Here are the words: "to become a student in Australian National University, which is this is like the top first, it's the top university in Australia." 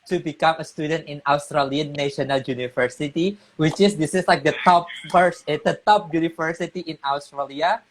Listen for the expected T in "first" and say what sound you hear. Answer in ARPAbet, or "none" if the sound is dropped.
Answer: none